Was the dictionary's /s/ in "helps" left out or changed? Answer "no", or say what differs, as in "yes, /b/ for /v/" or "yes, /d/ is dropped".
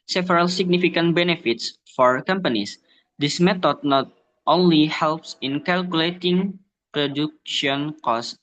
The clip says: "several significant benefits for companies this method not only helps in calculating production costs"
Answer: no